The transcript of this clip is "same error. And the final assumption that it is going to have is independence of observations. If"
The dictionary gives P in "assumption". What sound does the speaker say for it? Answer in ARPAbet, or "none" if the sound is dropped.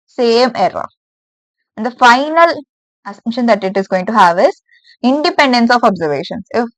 none